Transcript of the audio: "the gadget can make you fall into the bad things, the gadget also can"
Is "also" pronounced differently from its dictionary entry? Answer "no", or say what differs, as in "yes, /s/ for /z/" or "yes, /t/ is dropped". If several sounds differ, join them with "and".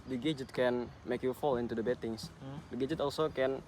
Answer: no